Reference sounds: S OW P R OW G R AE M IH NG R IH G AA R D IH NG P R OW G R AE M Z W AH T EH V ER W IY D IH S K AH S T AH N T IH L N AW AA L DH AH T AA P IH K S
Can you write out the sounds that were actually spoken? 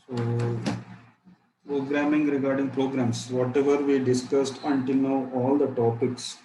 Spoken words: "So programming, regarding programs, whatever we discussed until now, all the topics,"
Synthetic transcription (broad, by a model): S OW P R OW G R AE M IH NG R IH G AA R D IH NG P R OW G R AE M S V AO T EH V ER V IY D IH S K AH S T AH N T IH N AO AA L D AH T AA P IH K S